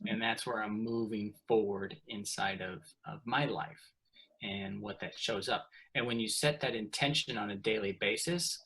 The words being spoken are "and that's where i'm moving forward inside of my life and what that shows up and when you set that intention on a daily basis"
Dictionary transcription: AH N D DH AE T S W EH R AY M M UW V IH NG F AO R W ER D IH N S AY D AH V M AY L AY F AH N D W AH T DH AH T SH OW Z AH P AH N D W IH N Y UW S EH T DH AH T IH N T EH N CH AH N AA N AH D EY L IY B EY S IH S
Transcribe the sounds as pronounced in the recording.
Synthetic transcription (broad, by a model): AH N DH AE T S W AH R AY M M UW V IH NG F AO R W ER D IH N S AY D AH V M AY L AY F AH N W AH T DH AH T SH OW Z AH P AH N W IH N Y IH S EH T DH AH T IH N T EH N SH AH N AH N AH D EY L IY B EY S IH S